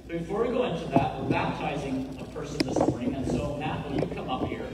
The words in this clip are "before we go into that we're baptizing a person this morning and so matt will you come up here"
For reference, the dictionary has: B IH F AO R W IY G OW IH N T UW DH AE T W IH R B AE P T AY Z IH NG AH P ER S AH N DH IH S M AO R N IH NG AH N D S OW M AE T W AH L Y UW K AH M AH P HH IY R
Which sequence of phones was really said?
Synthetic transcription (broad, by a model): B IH F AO R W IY G OW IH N T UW DH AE T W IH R B AE P T AY Z IH NG AH P ER S AH N DH IH S M AO R N IH NG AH N S OW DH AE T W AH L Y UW K AH M AH P HH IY R